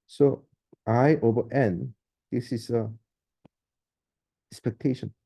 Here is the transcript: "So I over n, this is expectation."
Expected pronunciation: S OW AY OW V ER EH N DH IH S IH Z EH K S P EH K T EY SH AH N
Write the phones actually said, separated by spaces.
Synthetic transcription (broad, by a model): S OW AY OW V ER EH N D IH S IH S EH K S P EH K T EY SH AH N